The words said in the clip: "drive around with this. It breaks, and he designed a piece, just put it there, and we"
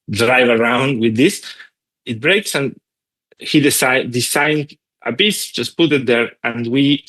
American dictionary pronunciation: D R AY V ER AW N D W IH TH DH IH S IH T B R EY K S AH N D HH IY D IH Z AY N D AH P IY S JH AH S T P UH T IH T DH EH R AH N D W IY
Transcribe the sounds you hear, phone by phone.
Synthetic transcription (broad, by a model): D R AY V ER AW N D W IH DH IH S IH T B R EY K S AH N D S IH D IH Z AY N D AH B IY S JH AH S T P UH T IH T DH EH R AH N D W IY